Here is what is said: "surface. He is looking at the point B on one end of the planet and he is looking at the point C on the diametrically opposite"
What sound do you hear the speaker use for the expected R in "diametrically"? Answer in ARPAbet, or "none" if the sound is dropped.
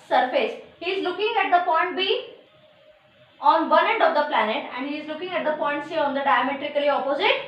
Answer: R